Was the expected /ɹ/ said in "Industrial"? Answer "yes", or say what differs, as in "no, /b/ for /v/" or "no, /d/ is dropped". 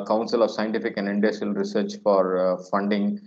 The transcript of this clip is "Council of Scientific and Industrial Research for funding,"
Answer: no, /ɹ/ is dropped